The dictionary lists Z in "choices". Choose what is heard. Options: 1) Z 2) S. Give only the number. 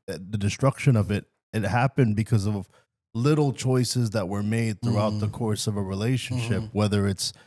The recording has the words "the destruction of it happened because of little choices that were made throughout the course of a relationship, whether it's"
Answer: 1